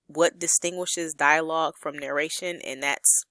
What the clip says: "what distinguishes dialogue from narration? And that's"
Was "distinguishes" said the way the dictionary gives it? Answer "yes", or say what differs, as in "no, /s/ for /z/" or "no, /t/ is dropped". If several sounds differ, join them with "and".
yes